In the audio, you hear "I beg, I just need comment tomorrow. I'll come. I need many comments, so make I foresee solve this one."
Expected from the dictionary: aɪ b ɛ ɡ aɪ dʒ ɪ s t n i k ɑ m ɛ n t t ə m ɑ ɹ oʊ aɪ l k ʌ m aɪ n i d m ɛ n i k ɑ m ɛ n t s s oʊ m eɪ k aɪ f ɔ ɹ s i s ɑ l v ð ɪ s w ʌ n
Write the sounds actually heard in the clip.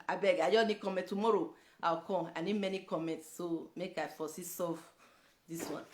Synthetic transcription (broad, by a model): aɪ b ɛ ɡ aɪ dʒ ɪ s n i k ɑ m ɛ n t t ə m ɑ ɹ oʊ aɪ w k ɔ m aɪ n i d m ɛ n i k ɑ m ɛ n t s s oʊ m eɪ k aɪ f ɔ s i s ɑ v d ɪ s w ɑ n